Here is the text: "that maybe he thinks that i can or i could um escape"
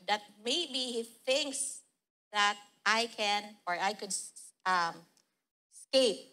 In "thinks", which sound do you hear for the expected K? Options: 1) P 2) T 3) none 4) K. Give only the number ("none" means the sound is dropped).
4